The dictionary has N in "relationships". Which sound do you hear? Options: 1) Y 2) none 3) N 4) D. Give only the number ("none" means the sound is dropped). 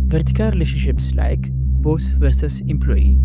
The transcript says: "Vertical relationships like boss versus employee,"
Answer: 2